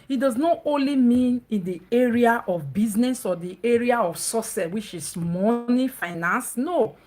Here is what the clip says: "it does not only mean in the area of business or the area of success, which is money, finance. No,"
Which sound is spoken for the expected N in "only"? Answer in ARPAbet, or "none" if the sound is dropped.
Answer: N